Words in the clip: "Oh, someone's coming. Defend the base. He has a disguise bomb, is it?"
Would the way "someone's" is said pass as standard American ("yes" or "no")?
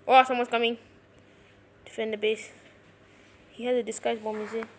no